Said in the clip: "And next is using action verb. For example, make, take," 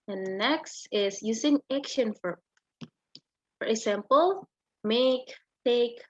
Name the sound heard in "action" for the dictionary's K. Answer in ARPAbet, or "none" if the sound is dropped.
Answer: K